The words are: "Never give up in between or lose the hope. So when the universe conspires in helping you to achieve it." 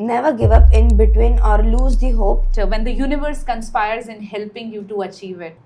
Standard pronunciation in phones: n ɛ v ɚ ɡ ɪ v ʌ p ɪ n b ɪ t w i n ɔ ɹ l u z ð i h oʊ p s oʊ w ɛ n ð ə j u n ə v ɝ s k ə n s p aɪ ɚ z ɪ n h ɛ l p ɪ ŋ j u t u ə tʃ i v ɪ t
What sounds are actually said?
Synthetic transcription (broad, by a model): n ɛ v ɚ ɡ ɪ v ʌ p ɪ n b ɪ t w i n ɔ ɹ l u z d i h oʊ p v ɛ n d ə j u n ə v ɝ s k ə n s p aɪ ɚ z ɪ n h ɛ l p ɪ ŋ j u t u ə tʃ i v ɪ t